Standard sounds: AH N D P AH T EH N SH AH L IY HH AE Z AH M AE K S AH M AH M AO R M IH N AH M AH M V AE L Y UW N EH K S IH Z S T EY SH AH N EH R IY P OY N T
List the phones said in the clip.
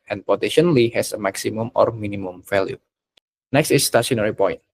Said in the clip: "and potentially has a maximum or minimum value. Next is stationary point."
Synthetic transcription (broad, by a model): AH N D P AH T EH SH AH L IY HH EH S AH M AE K S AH M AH M AO R M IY N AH M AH M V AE L Y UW N EH K S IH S T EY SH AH N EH R IY P OY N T